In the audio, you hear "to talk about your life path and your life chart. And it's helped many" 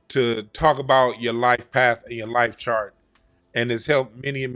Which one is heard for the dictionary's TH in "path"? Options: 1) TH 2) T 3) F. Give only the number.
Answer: 1